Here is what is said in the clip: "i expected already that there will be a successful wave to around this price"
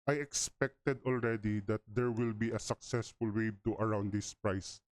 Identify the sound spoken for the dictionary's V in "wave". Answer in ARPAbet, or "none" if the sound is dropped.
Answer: B